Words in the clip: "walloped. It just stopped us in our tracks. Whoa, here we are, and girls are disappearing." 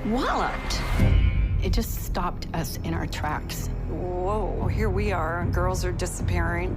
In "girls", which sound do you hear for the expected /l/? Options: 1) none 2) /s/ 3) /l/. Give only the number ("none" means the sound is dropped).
3